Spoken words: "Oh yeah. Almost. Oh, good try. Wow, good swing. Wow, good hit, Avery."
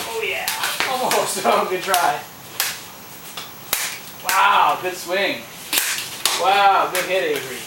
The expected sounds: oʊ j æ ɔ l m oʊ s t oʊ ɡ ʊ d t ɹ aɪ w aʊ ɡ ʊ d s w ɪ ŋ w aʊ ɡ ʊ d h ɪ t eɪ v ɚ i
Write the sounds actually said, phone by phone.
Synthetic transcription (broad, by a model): oʊ j æ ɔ m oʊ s oʊ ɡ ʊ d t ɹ aɪ w aʊ ɡ ʊ d s w ɪ ŋ w aʊ ɡ ʊ d h ɪ t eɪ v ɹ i